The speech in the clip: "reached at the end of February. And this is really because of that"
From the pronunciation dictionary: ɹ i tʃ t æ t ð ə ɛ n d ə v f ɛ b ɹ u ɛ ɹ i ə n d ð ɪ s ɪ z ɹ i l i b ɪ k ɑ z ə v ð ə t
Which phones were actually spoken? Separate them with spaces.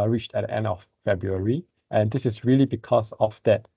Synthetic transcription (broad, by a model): ɹ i tʃ t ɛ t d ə ɛ n d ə f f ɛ b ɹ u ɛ ɹ i ə n d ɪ s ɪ s ɹ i l i b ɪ k ɑ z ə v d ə t